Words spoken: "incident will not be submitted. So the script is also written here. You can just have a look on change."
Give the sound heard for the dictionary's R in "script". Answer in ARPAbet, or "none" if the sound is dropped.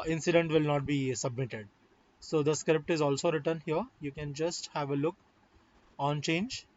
R